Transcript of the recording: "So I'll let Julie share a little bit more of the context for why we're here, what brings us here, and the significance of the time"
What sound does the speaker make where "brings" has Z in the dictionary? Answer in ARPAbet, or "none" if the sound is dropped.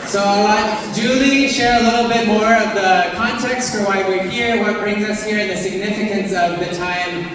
Z